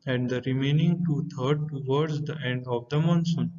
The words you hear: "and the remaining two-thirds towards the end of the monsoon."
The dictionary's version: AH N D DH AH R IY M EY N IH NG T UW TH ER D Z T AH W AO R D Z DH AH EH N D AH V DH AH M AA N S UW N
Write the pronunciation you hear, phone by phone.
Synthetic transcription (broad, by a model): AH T D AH R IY M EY N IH NG T UW T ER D T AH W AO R D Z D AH EH N D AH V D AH M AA N S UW N